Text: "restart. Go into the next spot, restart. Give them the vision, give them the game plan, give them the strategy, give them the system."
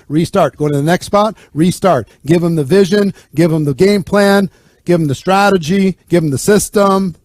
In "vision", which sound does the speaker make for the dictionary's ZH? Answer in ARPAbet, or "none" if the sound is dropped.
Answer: ZH